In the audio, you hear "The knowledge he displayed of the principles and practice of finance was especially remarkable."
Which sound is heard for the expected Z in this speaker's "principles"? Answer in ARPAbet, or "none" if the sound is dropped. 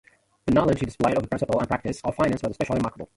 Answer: none